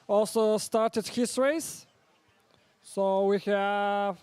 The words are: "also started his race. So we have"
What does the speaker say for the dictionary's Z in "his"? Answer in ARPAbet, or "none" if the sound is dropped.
S